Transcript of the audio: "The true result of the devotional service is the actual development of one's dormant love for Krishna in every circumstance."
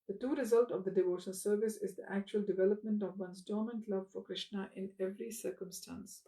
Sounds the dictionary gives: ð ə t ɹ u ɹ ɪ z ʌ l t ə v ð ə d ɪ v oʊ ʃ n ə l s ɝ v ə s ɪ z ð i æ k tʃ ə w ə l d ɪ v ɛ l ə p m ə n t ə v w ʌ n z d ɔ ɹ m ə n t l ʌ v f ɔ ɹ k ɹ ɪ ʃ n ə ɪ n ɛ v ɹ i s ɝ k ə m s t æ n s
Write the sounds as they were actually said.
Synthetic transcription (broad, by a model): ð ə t u ɹ ɪ z ʌ l t ə v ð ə d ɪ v oʊ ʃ ə n s ɝ v ə s ɪ z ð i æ k tʃ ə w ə l d ɪ v ɛ l ə p m ə n t ə v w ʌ n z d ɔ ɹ m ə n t l ʌ v f ɔ ɹ k ɹ ɪ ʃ n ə ɪ n ɛ v ɹ i s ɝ k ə m s t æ n s